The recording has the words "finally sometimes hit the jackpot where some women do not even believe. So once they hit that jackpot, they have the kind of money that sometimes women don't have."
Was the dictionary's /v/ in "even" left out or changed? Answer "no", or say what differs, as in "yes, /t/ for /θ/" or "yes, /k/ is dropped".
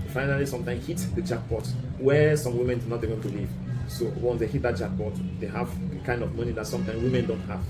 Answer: yes, /w/ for /v/